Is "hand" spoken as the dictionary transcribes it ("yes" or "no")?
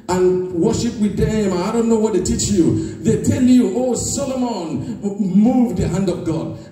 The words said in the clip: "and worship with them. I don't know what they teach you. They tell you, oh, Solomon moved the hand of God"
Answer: yes